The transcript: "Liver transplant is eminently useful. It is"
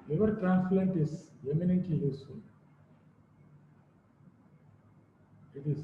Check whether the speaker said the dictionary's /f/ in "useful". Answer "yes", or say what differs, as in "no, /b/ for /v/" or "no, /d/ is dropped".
no, /f/ is dropped